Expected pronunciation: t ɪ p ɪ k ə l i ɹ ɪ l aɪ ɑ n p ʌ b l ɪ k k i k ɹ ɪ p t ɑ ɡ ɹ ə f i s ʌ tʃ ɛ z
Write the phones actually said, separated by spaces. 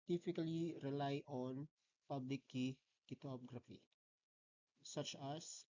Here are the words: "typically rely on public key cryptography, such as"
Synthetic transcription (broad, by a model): t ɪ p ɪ k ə l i ɹ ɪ l aɪ ɑ n p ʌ b l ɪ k k i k ɪ t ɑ ɡ ɹ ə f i s ʌ tʃ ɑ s